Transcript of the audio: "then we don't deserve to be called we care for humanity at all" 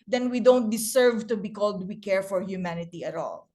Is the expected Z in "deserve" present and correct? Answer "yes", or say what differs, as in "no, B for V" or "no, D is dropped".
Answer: no, S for Z